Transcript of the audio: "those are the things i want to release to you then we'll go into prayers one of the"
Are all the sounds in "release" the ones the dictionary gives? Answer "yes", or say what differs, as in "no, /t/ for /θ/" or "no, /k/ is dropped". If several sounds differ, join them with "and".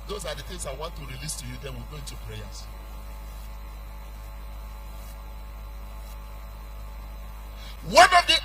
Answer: yes